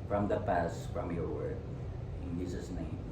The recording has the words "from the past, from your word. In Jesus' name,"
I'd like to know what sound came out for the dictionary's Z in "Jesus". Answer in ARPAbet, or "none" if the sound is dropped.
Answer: S